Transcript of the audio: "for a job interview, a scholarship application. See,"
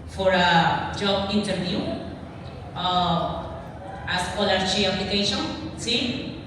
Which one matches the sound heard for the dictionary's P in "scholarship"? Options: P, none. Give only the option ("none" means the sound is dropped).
none